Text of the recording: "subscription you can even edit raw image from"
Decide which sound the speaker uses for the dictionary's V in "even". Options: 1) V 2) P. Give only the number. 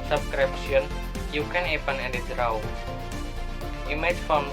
2